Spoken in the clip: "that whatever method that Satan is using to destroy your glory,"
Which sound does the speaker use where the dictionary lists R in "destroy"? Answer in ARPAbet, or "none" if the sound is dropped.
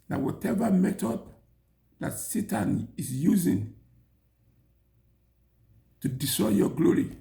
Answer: none